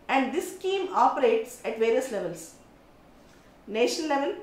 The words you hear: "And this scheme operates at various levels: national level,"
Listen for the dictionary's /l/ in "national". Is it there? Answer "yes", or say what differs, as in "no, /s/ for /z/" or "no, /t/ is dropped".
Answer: no, /n/ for /l/